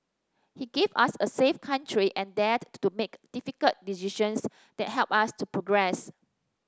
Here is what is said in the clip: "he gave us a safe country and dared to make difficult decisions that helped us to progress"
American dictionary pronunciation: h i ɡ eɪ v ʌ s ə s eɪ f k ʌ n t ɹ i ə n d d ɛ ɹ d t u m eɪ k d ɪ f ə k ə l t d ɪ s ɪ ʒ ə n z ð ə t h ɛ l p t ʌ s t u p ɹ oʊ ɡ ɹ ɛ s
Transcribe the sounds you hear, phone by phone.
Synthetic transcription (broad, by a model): h i ɡ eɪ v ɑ s ə s eɪ f k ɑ n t ɹ i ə n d d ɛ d t u m eɪ k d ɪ f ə k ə l t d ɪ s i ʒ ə n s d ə t h ɛ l p ɑ s t u p ɹ oʊ ɡ ɹ ɛ s